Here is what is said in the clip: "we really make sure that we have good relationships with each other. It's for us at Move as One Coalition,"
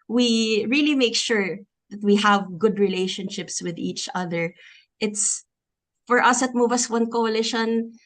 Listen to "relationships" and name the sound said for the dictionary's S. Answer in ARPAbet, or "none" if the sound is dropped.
S